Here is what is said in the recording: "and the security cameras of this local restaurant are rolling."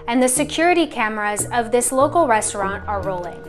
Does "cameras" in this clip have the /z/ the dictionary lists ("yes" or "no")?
yes